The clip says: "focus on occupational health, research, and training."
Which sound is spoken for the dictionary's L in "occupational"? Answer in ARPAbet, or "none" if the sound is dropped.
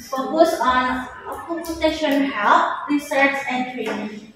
N